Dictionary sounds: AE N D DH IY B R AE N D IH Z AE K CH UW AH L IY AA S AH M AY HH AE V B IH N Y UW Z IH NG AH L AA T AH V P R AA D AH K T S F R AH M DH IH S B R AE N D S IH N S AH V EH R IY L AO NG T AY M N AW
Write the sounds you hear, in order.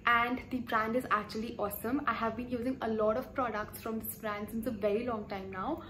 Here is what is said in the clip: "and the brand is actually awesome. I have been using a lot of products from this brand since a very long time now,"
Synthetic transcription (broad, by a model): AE N D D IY B R AE N D IH Z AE K CH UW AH L IY AA S AH M AY HH AE V B IH N Y UW Z IH NG AH L AA T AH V P R AA D AH K T S F R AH M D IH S B R AE N D S IH N S AH V EH R IY L AO NG T AY M N AW